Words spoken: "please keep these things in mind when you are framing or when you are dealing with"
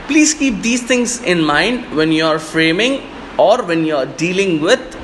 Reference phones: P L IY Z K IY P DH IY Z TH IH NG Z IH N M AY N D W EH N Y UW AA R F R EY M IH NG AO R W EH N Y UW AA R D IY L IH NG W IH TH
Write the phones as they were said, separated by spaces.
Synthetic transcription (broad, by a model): P L IY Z K IY P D IY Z T IH NG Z IH N M AY N D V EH N Y UW AA R F R EY M IH NG AO R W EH N Y UW AA R D IY L IH NG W IH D